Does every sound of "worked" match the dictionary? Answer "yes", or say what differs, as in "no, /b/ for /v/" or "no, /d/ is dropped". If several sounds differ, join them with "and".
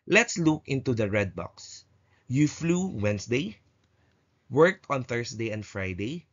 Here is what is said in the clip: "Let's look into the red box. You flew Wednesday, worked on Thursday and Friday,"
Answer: yes